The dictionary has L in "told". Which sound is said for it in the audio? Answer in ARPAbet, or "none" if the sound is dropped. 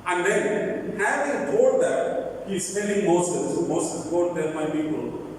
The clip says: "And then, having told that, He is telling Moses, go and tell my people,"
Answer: none